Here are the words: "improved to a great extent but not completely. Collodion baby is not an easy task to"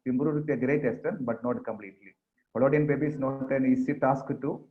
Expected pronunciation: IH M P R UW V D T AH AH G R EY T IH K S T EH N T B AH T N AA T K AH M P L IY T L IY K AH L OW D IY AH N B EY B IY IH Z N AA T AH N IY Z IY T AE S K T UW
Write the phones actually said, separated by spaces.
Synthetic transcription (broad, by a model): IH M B R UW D T AH AH G R EY T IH S T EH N B AH T N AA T K AH M P L IY T L IY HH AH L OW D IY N B EY B IY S N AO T AH N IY S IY T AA S K T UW